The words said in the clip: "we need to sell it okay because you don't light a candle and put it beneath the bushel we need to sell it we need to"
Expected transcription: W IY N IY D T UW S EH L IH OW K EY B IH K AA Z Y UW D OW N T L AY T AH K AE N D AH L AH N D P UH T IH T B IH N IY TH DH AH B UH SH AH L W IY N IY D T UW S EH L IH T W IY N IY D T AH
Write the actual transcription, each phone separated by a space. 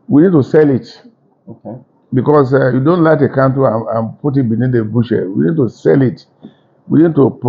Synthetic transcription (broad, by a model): W IY N IY D T UW S EH L IH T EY B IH K AA S Y UW D OW N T L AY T AH K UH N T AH N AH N P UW T IH T B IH N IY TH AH B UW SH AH W IY N IY D T UW S EH L IH T W IY N IY D T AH